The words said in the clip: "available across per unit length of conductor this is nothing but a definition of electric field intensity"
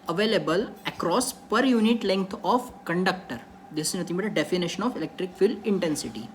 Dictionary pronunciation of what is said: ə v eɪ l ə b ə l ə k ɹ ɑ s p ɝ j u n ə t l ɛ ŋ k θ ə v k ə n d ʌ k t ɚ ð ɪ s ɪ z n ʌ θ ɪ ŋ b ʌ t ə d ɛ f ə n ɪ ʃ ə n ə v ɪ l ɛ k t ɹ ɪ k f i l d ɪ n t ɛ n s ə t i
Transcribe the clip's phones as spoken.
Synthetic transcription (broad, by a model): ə v eɪ l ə b ə l ə k ɹ ɑ s p ɝ j u n ə t l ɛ ŋ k t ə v k ə n d ʌ k t ɚ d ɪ s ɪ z n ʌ t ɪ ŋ b ʌ t ə d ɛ f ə n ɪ ʃ ə n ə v ɪ l ɛ k t ɹ ɪ k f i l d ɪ n t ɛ n s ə t i